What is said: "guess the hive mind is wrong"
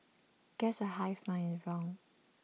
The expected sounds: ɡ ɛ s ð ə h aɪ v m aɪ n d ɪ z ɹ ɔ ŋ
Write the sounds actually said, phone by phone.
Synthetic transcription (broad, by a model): ɡ ɛ s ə h aɪ f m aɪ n ɪ z ɹ ɔ ŋ